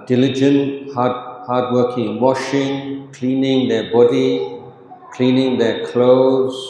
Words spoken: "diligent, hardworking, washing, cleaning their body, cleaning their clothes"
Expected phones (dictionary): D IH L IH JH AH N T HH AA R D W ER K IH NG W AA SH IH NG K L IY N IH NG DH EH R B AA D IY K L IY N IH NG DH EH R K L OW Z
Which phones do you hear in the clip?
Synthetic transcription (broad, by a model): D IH L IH JH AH N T HH AA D W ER K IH NG W AA SH IH NG K L IY N IH NG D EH B AA D IY K L IY N IH NG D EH K L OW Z